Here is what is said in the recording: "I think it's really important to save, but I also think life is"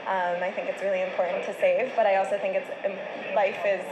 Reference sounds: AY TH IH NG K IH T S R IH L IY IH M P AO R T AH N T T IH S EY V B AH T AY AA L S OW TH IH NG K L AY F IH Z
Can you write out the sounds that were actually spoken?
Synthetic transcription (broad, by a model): AY TH IH NG K IH T S R IH L IY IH M P AO R T N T T IH S EY V B AH T AY AA L S OW TH IH NG K L AY F IH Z